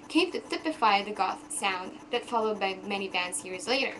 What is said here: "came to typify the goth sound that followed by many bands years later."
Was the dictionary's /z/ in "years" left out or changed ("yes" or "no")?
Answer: no